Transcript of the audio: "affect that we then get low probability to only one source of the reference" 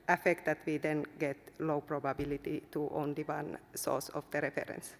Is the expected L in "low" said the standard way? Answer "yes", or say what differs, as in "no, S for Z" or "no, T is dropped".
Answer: yes